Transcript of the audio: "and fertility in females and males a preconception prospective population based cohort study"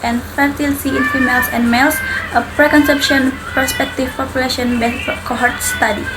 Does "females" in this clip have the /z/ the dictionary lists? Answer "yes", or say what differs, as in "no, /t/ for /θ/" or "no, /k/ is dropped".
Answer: no, /s/ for /z/